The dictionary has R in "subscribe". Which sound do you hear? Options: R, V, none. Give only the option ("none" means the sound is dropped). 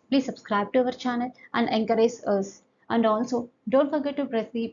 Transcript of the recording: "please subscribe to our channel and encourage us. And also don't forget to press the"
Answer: R